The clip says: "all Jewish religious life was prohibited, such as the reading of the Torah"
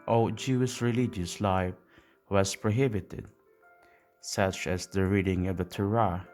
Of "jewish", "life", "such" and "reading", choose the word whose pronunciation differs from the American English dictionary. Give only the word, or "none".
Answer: none